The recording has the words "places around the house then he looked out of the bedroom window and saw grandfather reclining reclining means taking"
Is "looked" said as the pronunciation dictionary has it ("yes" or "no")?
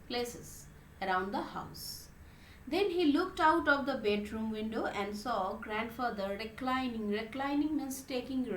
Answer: yes